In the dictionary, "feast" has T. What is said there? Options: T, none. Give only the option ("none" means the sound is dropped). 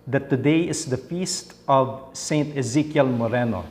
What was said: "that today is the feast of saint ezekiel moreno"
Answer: T